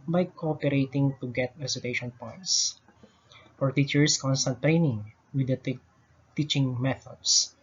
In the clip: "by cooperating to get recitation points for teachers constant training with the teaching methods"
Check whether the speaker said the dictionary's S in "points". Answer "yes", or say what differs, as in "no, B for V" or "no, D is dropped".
yes